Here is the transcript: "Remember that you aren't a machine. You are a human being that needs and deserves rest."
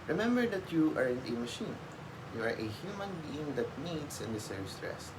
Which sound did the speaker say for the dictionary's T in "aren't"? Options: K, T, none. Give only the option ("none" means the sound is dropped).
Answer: none